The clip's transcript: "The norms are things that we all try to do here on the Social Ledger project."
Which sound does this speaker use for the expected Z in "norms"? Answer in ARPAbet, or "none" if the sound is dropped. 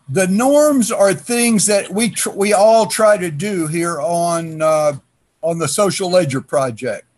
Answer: Z